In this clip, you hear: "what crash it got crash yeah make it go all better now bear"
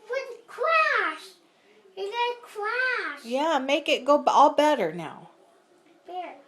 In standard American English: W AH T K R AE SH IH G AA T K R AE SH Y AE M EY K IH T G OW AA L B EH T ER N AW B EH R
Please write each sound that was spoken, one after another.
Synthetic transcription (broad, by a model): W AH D K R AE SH IH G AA K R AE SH Y AE M EY K IH T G OW AA L B EH T ER N AW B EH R